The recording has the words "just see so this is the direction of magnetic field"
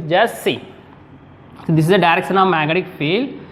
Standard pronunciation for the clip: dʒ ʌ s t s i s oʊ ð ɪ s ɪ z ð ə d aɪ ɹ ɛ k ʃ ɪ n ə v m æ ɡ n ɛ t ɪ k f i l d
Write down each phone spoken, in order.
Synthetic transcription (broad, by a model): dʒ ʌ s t s i s oʊ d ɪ s ɪ z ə d aɪ ɹ ɛ k ʃ ɪ n ə v m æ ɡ ɛ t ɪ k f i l